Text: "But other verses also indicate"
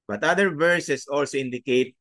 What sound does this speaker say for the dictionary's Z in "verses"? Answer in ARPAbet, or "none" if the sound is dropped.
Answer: S